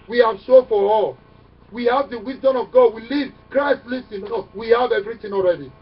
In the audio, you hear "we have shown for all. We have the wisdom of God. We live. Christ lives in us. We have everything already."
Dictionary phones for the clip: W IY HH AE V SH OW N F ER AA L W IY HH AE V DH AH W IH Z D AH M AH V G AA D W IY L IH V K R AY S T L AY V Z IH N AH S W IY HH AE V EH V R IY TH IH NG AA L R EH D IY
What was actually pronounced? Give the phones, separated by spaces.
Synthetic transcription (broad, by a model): W IY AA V S OW F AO AA L W IY HH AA V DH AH W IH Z D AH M AH V G AA D W IY L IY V K R AY S T L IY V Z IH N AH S W IY HH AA V EH V R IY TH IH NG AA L R EH D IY